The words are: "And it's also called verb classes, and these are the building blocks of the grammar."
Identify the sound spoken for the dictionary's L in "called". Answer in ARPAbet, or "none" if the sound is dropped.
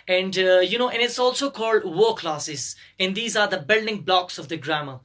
L